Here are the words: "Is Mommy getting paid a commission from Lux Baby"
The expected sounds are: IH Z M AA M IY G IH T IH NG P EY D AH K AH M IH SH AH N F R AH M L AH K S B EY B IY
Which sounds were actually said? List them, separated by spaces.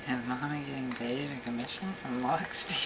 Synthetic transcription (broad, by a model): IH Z M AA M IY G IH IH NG B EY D AH K AH M IH SH AH N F R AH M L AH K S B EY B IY